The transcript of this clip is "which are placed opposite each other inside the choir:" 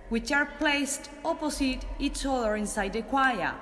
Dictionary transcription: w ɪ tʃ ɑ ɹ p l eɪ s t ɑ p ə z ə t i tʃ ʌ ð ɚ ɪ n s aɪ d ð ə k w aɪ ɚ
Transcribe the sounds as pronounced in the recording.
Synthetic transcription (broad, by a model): w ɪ tʃ ɑ ɹ p l eɪ s t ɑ p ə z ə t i s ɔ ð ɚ ɪ n s aɪ d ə k w aɪ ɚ